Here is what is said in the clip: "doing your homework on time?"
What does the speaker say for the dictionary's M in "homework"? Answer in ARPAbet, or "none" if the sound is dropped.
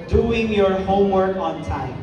M